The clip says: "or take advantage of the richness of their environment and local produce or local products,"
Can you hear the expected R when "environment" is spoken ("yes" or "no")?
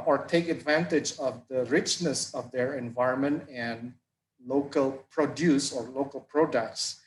yes